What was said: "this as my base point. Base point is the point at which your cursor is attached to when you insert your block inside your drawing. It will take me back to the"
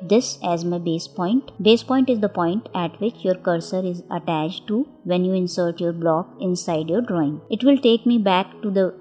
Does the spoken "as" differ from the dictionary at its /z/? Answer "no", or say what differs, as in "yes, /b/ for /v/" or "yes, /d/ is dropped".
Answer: no